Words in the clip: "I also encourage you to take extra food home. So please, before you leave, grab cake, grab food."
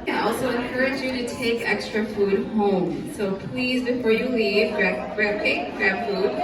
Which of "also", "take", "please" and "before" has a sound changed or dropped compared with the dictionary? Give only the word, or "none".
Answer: none